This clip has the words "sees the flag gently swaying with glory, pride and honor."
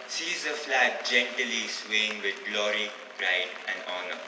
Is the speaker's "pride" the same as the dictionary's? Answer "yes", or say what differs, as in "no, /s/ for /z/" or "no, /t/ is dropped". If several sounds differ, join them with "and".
no, /b/ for /p/